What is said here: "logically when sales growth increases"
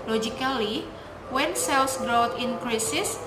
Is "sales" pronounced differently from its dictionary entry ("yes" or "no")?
yes